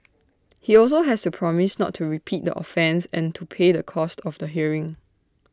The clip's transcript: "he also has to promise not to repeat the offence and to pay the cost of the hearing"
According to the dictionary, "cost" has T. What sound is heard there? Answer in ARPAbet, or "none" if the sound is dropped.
T